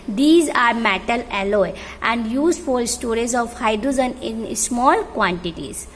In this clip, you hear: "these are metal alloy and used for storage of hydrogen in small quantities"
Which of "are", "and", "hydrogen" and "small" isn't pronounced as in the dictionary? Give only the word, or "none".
hydrogen